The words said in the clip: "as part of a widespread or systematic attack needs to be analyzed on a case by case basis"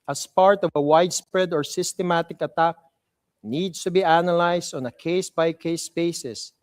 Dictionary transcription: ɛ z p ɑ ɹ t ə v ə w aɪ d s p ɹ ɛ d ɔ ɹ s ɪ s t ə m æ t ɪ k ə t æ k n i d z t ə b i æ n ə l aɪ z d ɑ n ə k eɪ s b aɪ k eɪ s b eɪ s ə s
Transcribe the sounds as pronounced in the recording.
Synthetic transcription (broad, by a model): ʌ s p ɑ ɹ t ə v ə w aɪ d s p ɹ ɛ d ɔ ɹ s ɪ s t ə m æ t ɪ k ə t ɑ k n i d s t ə b i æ n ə l aɪ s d ɑ n ə k eɪ s b aɪ k eɪ s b eɪ s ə s